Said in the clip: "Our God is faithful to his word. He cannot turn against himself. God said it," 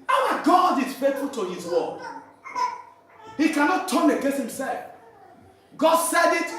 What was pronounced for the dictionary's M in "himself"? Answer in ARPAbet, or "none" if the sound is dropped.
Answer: M